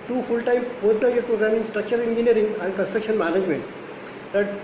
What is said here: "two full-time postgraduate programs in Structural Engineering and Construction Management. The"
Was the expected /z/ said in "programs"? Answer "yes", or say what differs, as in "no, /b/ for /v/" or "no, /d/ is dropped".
no, /z/ is dropped